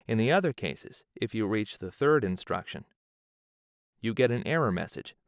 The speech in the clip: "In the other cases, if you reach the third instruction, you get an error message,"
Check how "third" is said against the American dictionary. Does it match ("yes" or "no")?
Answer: yes